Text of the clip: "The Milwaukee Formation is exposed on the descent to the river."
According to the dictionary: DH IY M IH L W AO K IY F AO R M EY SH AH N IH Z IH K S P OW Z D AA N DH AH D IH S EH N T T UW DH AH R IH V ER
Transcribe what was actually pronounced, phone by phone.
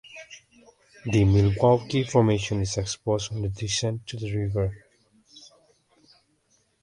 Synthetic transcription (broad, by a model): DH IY M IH L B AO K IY F AO R M EY SH AH N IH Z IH K S P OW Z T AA N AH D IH SH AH N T T UW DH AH R IH V ER